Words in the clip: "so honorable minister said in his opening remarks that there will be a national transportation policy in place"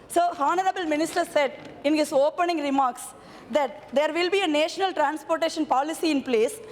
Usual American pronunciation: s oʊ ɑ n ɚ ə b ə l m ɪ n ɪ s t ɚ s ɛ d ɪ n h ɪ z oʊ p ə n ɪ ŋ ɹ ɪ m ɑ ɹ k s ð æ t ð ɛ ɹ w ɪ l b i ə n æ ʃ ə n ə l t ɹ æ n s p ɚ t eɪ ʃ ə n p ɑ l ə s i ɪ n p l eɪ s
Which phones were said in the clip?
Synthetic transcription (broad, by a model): s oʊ ɑ n ɚ ə b ə l m ɪ n ɪ s t ɚ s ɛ d ɪ n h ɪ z oʊ p ə n ɪ ŋ ɹ ɪ m ɑ ɹ k s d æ t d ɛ ɹ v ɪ l b i ə n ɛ ʃ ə n ə l t ɹ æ n s p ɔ t eɪ ʃ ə n p ɑ l ə s i ɪ n p l eɪ s